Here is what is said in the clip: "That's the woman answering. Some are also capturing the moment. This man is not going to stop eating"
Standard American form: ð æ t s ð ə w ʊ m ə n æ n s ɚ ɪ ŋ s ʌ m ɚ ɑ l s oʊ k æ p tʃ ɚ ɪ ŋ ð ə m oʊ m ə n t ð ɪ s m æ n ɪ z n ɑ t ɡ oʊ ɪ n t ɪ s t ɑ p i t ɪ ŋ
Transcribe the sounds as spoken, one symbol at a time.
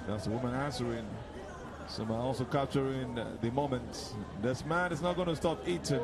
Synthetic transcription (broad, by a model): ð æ t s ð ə w ʊ m ə n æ n s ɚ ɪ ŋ s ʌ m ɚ ɑ l s oʊ k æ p tʃ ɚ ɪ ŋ ð ə m oʊ m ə n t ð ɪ s m æ n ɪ s n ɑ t ɡ oʊ ɪ n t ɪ s t ɑ p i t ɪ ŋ